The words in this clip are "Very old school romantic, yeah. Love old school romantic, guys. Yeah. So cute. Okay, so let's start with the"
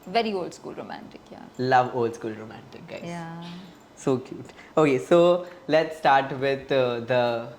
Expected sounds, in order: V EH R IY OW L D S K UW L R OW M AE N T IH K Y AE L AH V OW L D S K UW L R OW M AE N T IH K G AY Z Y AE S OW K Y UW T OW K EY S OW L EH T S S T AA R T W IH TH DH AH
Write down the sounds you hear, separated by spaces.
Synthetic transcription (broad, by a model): V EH R IY OW L D S K UW L R OW M AE N T IH K Y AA L AH V OW L D S K UW L R OW M AE N T IH K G AY Y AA S OW K Y UW T OW K EY S OW L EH T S S T AA R T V IH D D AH